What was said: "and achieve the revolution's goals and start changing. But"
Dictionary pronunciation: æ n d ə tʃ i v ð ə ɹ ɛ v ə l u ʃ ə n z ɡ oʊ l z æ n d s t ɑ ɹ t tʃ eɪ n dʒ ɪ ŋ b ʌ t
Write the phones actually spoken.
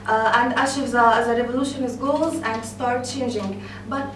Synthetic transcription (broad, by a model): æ n d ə ʃ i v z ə ɹ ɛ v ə l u ʃ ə n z ɡ oʊ l z æ n d s t ɑ ɹ t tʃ eɪ n dʒ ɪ ŋ b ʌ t